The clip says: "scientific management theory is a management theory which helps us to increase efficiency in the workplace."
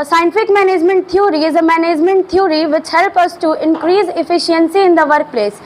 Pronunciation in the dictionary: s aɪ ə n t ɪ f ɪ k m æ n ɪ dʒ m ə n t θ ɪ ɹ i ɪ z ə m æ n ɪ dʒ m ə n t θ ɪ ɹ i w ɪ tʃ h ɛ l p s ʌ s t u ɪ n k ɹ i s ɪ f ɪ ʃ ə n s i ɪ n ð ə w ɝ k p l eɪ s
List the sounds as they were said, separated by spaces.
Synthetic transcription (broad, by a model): s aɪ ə n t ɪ f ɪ k m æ n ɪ dʒ m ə n t t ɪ ɹ i ɪ z ə m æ n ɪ dʒ m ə n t t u ɹ i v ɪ tʃ h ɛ l p ʌ s t u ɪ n k ɹ i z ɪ f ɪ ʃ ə n s i ɪ n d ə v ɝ k p l eɪ s